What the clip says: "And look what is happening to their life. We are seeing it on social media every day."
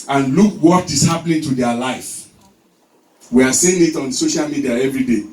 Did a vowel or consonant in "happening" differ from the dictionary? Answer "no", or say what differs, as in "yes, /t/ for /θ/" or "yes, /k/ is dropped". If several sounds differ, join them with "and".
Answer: yes, /l/ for /n/